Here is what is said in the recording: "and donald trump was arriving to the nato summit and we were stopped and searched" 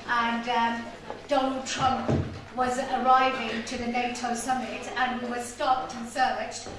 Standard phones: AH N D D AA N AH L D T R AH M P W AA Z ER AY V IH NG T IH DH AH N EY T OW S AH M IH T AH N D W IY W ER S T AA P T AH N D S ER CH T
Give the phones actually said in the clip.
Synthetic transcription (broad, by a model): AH N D D AA N AH L D T R AH M P W AA Z ER AY V IH NG T IH DH AH N EY T OW S AH M IH T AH N W IY W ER S T AA P T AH N S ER CH T